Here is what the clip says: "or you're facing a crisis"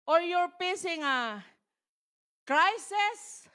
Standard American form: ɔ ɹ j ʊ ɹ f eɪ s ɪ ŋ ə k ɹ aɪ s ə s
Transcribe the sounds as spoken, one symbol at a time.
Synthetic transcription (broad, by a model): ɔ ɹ j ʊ ɹ p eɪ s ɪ ŋ ə k ɹ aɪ s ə s